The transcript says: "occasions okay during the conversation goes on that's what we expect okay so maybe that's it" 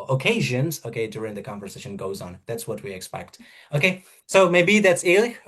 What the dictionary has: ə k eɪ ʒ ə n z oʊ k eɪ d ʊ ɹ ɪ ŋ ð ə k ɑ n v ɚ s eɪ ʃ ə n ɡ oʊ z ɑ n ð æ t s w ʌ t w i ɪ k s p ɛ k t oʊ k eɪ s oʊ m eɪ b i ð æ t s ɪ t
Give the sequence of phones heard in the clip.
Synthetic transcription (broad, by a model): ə k eɪ ʒ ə n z oʊ k eɪ d ʊ ɹ ɪ ŋ ð ə k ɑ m v ɚ s eɪ ʃ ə n ɡ oʊ z n ð æ t s w ʌ t w i ɪ k s p ɛ k t oʊ k eɪ s oʊ m eɪ b i ð æ t s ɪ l